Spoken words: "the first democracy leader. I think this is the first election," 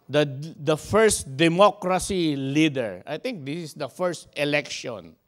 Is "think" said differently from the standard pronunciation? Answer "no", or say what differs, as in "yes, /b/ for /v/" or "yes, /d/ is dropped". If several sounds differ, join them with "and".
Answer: yes, /t/ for /θ/